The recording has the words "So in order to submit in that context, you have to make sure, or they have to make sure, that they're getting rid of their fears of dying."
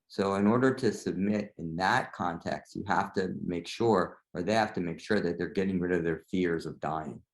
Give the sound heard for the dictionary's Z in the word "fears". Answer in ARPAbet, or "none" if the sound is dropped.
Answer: Z